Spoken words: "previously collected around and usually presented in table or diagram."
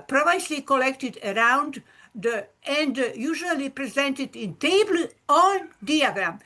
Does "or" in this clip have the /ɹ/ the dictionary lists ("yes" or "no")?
no